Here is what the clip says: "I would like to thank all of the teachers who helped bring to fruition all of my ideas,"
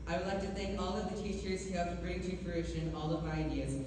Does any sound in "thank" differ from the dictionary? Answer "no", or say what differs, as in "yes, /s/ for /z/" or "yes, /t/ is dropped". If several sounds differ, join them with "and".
no